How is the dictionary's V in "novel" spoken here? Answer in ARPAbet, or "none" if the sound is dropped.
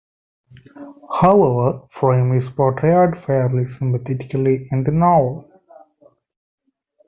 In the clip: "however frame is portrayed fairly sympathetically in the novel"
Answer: none